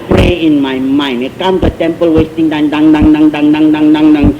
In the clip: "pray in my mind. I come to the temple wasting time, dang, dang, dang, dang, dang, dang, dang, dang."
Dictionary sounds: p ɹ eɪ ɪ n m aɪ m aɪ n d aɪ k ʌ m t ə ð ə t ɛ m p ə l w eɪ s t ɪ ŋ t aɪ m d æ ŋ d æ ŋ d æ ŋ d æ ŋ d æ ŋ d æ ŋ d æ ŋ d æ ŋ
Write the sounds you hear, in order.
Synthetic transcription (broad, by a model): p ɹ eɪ ɪ n m aɪ m aɪ n aɪ k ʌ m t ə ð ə t ɛ m p ə l w eɪ s t ɪ ŋ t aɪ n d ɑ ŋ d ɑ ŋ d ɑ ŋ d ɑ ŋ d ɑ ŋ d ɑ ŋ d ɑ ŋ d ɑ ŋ